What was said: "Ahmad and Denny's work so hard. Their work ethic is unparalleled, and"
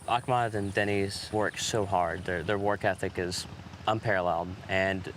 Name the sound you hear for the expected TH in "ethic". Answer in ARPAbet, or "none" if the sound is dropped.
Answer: TH